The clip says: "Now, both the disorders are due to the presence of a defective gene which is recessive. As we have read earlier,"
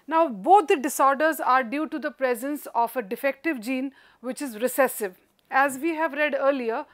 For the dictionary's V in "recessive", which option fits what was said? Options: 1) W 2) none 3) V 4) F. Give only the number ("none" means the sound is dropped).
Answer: 3